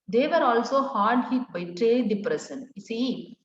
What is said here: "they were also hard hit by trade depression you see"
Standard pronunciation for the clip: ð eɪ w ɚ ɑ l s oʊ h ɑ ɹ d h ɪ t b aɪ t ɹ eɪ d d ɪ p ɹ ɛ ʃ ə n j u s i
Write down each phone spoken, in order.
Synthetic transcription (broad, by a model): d eɪ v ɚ ɑ l s oʊ h ɑ ɹ d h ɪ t b aɪ t ɹ eɪ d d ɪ p ɹ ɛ s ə n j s i